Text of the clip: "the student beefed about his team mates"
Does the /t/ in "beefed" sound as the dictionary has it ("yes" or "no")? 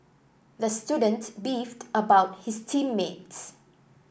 yes